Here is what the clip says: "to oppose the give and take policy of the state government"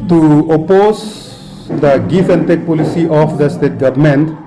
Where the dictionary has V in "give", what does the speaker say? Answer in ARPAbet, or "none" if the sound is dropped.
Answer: F